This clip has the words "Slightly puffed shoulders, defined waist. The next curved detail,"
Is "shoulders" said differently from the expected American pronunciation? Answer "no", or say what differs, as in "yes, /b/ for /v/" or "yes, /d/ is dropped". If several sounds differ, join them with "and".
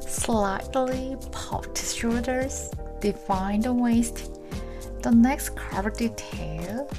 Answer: yes, /s/ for /ʃ/ and /l/ is dropped